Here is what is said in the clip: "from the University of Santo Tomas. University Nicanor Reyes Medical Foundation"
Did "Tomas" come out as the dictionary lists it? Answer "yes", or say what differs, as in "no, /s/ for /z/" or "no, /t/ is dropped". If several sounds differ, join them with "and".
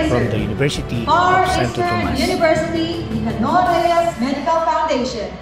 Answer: no, /s/ is dropped